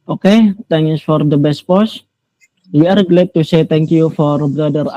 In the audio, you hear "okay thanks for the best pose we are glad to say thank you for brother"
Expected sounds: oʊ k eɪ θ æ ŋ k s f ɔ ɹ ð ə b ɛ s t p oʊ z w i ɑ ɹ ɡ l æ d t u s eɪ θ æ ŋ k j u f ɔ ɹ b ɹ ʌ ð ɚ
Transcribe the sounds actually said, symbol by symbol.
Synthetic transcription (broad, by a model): oʊ k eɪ t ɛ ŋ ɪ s f ɔ ɹ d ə b ɛ s t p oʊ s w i ɑ ɹ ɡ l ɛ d t u s eɪ t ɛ ŋ k j u f ɔ ɹ b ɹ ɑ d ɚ